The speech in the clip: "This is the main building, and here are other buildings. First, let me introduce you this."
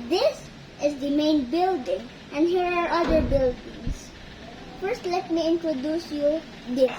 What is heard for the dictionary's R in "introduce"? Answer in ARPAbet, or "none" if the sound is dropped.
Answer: R